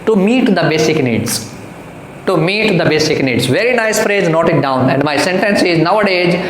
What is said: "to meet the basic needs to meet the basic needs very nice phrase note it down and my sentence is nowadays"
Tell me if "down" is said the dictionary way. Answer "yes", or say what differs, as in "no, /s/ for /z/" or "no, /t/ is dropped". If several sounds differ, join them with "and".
yes